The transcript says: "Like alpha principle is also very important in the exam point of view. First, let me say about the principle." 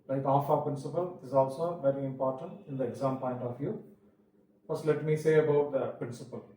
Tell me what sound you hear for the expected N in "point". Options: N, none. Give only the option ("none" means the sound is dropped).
N